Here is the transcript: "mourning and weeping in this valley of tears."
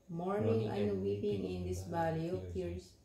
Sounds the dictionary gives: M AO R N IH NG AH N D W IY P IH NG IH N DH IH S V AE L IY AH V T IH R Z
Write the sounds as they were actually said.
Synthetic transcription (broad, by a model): M AO R N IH NG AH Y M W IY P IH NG IH N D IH S B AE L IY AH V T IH R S